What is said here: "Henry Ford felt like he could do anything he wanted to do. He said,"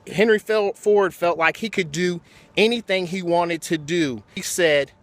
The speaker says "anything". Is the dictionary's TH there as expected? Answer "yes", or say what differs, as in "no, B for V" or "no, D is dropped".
yes